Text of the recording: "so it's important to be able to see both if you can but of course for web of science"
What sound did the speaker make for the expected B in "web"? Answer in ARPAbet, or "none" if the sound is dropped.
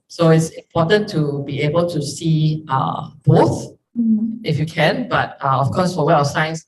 none